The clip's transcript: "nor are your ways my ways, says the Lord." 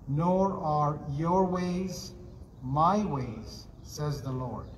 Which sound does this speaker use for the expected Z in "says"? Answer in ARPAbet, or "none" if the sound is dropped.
Z